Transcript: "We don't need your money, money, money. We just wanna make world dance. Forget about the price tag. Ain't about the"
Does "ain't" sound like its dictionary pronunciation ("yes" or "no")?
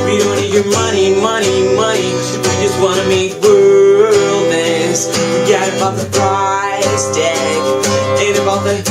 no